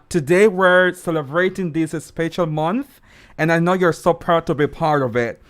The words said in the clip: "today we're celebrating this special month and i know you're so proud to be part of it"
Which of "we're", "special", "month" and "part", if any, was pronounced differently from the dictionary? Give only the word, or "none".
none